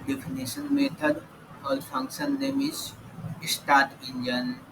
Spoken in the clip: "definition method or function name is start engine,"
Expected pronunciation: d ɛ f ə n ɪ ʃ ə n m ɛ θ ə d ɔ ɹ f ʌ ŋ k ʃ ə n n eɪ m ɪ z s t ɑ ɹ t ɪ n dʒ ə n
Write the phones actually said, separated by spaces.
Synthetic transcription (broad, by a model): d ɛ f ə n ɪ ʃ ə n m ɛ t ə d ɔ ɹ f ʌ ŋ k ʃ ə n l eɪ m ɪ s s t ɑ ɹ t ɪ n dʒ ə n